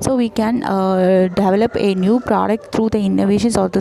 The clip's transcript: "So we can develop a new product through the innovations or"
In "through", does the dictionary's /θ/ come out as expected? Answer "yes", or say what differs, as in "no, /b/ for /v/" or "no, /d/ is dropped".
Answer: no, /t/ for /θ/